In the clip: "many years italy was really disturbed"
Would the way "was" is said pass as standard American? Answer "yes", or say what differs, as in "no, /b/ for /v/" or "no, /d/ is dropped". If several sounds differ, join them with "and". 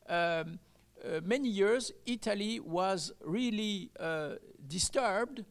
yes